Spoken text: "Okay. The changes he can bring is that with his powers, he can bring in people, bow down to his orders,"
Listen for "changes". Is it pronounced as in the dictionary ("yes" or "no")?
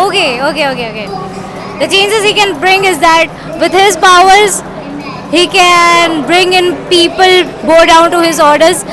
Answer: yes